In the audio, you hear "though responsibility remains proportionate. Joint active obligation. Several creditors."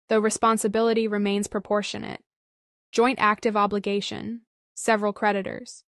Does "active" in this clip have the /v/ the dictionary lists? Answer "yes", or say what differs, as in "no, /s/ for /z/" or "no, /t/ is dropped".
yes